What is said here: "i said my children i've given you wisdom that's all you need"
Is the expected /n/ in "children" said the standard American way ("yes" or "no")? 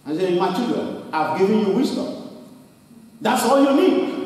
no